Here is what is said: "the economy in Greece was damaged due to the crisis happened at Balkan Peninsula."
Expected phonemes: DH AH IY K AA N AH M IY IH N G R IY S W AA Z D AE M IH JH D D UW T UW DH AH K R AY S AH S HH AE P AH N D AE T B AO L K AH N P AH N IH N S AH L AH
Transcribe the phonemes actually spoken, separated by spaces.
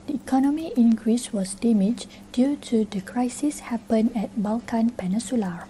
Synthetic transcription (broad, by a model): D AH IY K AA N AH M IY IH N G R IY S W AA S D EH M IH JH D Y UW T UW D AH K R AY S AH S HH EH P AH N EH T B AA L K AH N P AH N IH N S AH L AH